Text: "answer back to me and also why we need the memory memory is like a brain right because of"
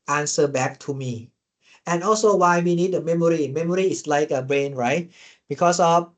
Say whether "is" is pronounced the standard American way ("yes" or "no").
no